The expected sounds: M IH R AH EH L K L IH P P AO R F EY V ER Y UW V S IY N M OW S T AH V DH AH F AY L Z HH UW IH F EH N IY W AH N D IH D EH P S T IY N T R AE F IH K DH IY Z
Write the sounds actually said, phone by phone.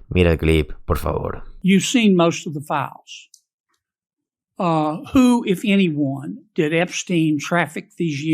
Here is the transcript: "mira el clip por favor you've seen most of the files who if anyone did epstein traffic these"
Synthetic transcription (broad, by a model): M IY R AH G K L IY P P AO R F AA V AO Y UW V S IY N M OW S T AH V DH AH F AY L Z HH UW IH F EH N IY W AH N D IH D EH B S T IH N T R AE F IH K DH IY Z